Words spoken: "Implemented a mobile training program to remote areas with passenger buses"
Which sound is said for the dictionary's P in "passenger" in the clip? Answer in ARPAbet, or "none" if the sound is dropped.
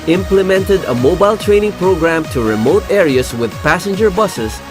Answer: P